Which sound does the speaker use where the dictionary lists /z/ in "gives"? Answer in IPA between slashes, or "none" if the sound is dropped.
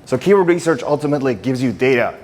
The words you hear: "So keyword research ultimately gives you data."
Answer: /z/